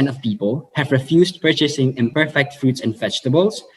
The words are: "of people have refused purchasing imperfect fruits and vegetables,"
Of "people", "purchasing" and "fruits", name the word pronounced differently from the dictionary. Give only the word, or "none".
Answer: none